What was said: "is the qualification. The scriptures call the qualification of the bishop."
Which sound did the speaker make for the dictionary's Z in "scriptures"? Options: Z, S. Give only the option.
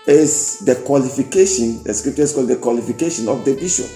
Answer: S